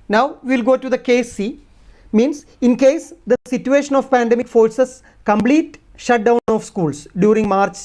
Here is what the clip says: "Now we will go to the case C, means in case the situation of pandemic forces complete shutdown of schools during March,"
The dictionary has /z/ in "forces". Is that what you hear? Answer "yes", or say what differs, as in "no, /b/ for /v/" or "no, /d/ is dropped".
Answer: no, /s/ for /z/